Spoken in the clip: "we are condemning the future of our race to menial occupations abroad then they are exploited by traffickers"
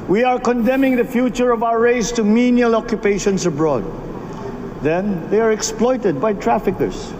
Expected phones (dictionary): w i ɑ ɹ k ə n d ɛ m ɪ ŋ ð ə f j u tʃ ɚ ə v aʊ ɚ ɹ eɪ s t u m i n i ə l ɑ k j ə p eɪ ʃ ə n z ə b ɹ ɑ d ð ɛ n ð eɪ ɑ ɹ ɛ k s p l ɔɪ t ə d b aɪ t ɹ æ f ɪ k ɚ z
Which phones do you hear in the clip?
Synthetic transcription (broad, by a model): w i ɑ ɹ k ə n d ɛ m ɪ ŋ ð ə f j u tʃ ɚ ə v aʊ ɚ ɹ eɪ s t u m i n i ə l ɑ k j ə p eɪ ʃ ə n s ə b ɹ ɑ d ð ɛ n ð eɪ ɑ ɹ ɛ k s p l ɔɪ t ə d b aɪ t ɹ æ f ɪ k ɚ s